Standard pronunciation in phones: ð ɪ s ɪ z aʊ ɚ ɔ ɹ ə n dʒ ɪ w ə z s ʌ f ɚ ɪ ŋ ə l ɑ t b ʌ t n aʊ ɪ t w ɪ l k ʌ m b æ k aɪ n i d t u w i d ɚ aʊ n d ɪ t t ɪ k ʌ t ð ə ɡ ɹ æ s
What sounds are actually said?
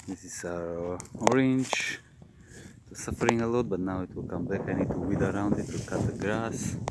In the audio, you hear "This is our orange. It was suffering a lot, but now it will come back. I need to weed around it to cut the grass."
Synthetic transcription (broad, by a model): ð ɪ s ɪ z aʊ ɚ ɔ ɹ ə n dʒ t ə s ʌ f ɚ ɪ ŋ ə l ɑ t b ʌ t n aʊ ɪ t w ɪ l k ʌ m b æ k aɪ n i d t u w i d ɚ aʊ n d ɪ t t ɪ k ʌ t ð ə ɡ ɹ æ s